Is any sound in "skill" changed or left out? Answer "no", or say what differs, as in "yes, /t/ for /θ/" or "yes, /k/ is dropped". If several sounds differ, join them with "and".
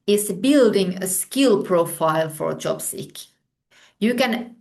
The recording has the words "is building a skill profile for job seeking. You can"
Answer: no